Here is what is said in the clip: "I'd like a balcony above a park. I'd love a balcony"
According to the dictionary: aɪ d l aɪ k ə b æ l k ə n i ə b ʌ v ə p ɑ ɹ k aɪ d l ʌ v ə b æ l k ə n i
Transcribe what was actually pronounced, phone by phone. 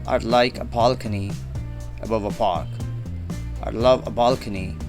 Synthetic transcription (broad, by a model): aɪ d l aɪ k ə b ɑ l k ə n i ə b ʌ v ə p ɑ ɹ k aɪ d l ʌ v ə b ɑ l k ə n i